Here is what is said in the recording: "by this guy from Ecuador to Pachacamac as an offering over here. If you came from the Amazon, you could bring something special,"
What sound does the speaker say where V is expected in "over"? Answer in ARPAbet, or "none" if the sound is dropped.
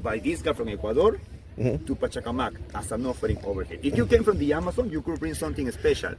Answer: B